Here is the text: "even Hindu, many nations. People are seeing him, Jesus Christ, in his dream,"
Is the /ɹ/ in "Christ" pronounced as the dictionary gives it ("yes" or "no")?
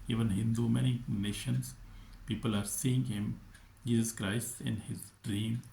yes